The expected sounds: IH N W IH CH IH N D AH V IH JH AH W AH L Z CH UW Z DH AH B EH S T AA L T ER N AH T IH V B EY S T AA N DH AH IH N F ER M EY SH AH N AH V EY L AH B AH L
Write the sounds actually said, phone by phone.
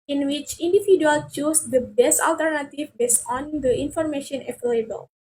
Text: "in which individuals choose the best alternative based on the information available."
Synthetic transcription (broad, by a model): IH N W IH CH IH N D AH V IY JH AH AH L CH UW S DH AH B EH S T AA L T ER N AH T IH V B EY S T AA N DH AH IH N F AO M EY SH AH N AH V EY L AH B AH L